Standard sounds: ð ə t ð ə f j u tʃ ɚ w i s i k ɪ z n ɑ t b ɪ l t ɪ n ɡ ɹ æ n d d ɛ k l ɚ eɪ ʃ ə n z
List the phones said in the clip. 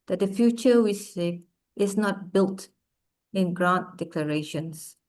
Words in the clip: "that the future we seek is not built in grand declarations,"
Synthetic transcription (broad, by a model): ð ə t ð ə f j u tʃ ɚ w i s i ɪ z n ɑ t b ɪ l t ɪ n ɡ ɹ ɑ n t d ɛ k l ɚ eɪ ʃ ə n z